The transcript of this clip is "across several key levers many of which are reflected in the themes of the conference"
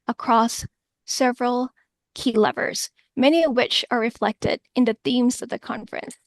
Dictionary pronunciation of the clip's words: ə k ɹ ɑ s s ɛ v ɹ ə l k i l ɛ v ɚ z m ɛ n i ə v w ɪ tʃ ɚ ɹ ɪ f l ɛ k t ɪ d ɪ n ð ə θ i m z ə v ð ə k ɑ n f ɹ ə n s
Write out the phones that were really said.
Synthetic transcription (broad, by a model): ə k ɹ ɑ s s ɛ v ɹ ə l k i l ɛ v ɚ z m ɛ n i ə v w ɪ tʃ ɚ ɹ ɪ f l ɛ k t ɪ d ɪ n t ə θ i m z ə v ð ə k ɑ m f ɹ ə n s